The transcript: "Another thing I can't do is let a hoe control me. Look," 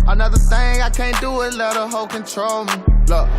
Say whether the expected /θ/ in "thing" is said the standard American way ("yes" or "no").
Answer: yes